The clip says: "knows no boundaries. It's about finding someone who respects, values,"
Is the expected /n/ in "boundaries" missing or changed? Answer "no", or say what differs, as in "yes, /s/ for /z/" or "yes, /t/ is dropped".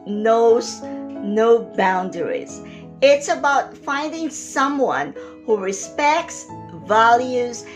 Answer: no